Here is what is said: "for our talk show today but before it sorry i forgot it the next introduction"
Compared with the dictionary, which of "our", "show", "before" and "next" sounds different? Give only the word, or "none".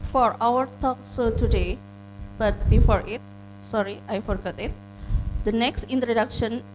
show